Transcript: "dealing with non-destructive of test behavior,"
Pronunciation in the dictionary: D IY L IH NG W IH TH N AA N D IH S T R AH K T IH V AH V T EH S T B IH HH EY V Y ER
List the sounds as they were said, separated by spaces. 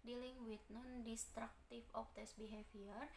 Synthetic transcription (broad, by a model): D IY L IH NG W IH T N AA N D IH S T R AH K T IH F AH P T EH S B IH HH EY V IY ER